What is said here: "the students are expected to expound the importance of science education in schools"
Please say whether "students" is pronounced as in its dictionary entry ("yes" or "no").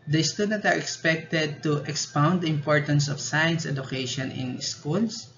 no